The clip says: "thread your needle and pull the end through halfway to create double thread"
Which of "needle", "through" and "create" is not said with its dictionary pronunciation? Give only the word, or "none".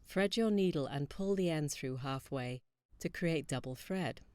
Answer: none